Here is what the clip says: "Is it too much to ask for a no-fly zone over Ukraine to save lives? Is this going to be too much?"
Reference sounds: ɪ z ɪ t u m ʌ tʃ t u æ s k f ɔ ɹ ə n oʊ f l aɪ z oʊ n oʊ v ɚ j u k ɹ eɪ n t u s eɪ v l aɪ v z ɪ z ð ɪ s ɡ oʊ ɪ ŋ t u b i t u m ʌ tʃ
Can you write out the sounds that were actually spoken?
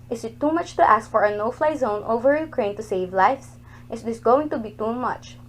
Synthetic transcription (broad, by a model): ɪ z ɪ t u m ʌ tʃ t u æ s k f ɔ ɹ ə n oʊ f l aɪ z oʊ n oʊ v ɚ j u k ɹ eɪ n t u s eɪ v l aɪ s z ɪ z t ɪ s ɡ oʊ ɪ ŋ t u b i t u m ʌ tʃ